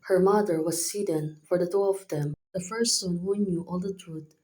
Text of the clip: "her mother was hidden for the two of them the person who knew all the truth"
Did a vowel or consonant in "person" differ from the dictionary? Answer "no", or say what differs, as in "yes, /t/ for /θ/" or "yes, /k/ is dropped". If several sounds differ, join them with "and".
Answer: yes, /f/ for /p/